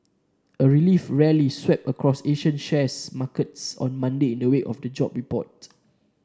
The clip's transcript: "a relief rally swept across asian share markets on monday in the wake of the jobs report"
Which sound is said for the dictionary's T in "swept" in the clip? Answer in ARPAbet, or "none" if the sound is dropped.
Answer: none